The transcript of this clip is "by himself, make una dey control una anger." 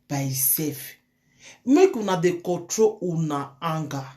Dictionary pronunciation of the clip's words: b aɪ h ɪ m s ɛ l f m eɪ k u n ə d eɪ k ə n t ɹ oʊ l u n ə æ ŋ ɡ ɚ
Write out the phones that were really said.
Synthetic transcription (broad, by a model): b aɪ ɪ s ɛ f m eɪ k u n ə d eɪ k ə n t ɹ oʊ u n ə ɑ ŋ ɡ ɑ